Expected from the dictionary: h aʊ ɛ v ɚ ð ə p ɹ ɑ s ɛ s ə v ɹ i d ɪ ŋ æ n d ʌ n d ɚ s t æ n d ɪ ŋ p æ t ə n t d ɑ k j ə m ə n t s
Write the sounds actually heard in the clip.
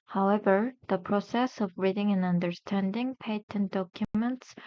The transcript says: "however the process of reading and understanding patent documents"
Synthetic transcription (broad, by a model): h aʊ ɛ v ɚ ð ə p ɹ ɑ s ɛ s ə v ɹ i d ɪ ŋ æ n ʌ n d ɚ s t æ n d ɪ ŋ p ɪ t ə n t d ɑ k j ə m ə n t s